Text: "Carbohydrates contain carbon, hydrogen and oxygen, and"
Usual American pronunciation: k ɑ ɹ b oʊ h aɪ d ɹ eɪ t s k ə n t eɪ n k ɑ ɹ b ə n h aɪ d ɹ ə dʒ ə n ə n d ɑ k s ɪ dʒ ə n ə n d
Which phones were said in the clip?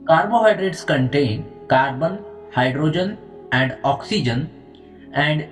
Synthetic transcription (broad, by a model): k ɑ ɹ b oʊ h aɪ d ɹ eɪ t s k ə n t eɪ n k ɑ ɹ b ə n h aɪ d ɹ ə dʒ ə n ə n d ɑ k s ɪ dʒ ə n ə n d